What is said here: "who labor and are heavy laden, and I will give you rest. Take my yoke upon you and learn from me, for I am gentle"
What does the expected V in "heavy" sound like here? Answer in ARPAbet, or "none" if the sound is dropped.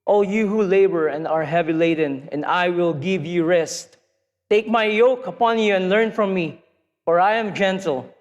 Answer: V